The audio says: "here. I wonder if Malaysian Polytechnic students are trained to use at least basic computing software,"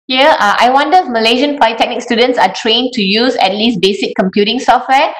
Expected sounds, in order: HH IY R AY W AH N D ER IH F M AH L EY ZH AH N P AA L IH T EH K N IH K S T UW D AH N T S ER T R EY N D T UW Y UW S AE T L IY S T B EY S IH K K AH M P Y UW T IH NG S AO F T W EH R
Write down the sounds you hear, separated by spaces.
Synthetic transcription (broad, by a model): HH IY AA AY W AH N D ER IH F M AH L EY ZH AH N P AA IH T EH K N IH K S T UW D AH N T S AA T R EY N T UW Y UW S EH T L IY S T B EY S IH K K AH M P Y UW T IH NG S AO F T W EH